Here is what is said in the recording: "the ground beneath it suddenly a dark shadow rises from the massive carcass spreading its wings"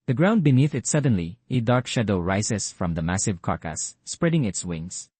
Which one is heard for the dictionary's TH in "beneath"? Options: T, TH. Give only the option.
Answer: TH